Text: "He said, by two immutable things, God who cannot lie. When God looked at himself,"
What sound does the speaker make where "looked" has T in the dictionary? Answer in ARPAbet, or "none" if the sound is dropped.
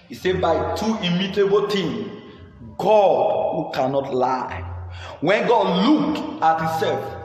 none